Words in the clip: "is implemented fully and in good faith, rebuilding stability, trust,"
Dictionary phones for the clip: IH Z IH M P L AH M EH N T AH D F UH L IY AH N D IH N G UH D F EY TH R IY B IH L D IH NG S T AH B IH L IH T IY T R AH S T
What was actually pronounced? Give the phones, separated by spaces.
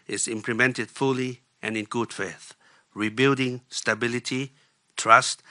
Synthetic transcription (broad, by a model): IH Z IH M P L AH M EH N T AH D F UH L IY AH N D IH N G UH D F EY TH R IY B IH L D IH NG S T AH B IH L IH T IY T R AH S T